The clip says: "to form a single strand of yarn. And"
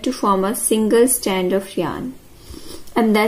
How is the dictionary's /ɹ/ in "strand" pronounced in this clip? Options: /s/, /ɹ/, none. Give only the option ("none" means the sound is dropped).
none